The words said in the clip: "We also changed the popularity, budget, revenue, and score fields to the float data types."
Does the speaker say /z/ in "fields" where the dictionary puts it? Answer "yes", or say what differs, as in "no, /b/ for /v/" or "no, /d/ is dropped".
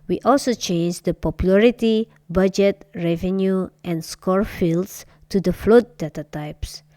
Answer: no, /s/ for /z/